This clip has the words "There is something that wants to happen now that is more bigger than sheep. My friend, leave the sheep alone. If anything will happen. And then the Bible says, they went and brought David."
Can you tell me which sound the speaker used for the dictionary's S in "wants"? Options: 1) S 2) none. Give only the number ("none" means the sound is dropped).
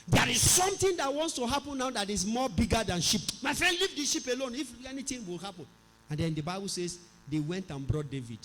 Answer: 1